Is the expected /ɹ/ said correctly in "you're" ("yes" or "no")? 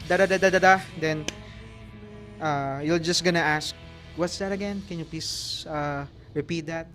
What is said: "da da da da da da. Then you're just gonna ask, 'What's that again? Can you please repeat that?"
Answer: no